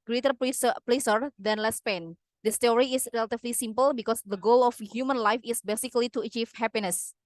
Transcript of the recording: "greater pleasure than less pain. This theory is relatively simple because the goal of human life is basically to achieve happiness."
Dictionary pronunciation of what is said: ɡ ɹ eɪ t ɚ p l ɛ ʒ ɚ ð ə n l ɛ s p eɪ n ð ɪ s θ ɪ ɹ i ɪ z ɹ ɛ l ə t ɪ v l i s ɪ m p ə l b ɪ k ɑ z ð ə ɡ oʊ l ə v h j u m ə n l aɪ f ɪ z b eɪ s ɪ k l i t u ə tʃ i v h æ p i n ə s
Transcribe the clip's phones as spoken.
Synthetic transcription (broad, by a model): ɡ ɹ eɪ t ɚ p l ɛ s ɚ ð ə n l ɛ s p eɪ n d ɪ s t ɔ ɹ i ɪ s ɹ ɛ l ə t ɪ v l i s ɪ m p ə l b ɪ k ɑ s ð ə ɡ oʊ l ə f h j u m ə n l aɪ f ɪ s b eɪ s ɪ k l i t u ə tʃ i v h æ p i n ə s